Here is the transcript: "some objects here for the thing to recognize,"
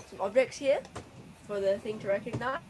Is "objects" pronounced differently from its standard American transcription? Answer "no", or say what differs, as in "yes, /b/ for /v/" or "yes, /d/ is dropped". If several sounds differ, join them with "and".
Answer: no